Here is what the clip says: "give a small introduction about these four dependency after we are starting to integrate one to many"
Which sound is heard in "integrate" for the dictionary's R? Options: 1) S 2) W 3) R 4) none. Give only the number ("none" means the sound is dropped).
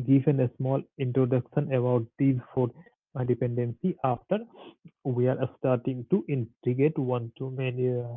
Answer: 4